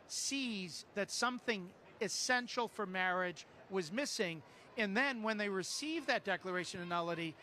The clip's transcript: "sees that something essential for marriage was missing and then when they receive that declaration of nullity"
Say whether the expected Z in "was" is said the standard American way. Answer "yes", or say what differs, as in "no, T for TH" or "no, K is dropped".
yes